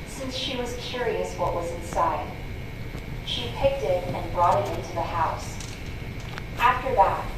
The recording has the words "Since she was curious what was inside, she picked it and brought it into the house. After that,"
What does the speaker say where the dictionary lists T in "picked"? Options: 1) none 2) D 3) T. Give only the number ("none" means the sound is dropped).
3